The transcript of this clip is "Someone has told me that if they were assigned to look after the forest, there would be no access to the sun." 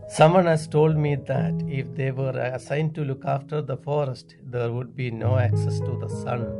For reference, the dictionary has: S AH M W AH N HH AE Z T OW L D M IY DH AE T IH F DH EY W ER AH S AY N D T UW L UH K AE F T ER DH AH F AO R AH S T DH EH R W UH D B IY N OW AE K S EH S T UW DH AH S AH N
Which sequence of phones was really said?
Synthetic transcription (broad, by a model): S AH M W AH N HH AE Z T OW L D M IY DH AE T IH F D EY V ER AH S AY N D T UW L UH K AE F T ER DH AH F AO R AH S T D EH R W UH D B IY N OW AE K S EH S T UW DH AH S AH N